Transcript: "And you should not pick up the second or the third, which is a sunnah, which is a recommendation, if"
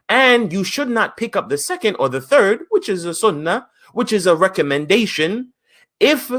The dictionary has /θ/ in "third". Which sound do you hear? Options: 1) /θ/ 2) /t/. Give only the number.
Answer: 1